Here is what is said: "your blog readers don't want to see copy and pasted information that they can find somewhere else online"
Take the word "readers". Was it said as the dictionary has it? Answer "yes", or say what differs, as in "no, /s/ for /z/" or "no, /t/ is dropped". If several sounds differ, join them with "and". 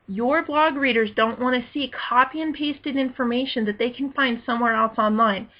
yes